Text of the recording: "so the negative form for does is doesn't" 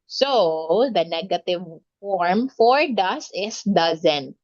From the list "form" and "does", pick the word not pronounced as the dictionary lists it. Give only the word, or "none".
does